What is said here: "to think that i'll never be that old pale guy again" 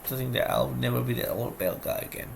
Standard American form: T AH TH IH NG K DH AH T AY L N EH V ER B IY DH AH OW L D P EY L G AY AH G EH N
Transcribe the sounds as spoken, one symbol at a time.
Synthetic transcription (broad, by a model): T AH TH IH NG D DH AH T AY L N EH V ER B IY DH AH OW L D B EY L G AY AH G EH N